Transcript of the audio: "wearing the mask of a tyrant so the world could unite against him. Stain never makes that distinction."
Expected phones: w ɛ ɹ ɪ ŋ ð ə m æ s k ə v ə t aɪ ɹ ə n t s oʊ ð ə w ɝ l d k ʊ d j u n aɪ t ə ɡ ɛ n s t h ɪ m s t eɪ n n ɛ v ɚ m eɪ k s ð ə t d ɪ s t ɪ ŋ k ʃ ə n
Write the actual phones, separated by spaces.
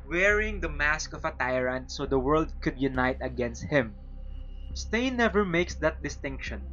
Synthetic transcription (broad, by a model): w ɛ ɹ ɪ ŋ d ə m æ s k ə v ə t aɪ ɹ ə n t s oʊ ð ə w ɝ l d k ʊ d j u n aɪ t ə ɡ ɛ n s t h ɪ m s t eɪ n n ɛ v ɚ m eɪ k s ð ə t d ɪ s t ɪ ŋ k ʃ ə n